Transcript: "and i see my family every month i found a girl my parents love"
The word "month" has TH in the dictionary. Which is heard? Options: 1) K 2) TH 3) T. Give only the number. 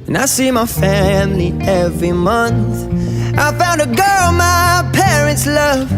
2